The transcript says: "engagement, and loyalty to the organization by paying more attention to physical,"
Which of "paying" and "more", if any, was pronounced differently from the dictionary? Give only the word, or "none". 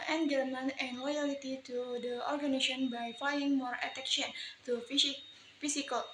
paying